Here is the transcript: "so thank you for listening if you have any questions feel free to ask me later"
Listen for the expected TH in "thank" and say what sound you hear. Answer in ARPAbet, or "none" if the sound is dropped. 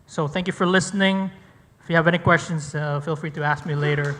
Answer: TH